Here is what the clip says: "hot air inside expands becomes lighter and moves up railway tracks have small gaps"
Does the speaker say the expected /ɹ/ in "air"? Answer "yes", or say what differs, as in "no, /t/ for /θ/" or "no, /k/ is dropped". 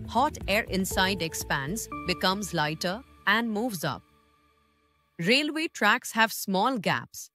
yes